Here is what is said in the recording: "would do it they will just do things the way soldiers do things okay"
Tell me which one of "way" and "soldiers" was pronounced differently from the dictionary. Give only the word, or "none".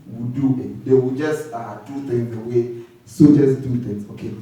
soldiers